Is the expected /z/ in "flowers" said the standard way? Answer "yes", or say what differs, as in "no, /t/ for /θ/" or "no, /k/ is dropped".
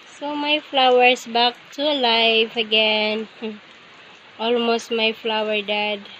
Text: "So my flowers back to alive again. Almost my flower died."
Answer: no, /s/ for /z/